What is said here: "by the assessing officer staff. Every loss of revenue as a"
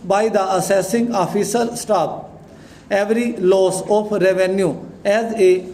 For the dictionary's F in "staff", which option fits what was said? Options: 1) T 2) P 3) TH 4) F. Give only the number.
2